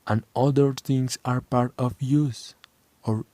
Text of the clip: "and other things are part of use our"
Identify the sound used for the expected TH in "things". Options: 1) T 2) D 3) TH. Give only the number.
1